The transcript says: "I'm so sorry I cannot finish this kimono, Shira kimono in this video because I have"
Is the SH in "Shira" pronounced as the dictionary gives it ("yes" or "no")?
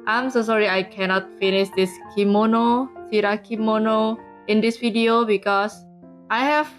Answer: no